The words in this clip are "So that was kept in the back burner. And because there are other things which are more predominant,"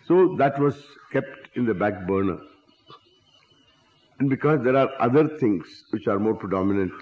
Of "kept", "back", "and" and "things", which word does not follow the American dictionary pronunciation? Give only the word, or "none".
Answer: things